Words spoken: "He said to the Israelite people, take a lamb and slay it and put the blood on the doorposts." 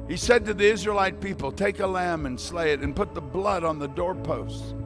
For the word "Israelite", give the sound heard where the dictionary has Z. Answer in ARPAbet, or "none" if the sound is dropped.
Z